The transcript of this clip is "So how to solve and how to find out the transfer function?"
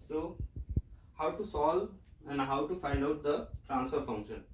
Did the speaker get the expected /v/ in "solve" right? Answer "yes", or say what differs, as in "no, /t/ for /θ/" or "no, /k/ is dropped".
no, /v/ is dropped